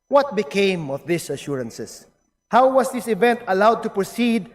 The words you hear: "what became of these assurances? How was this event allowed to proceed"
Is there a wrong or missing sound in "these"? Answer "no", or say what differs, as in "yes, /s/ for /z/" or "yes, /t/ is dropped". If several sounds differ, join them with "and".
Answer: yes, /s/ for /z/